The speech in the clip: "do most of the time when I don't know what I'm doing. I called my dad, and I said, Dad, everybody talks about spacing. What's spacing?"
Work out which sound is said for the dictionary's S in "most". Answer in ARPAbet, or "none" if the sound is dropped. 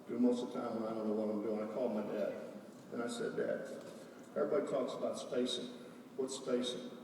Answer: none